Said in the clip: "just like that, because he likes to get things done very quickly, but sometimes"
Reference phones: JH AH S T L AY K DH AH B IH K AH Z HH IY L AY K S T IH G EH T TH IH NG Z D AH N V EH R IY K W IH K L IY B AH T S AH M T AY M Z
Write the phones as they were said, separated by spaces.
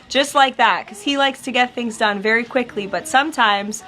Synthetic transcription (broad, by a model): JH AH S T L AY K DH AH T K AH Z HH IY L AY K S T IH G EH T TH IH NG Z D AH N V EH R IY K W IH K L IY B AH T S AH M T AY M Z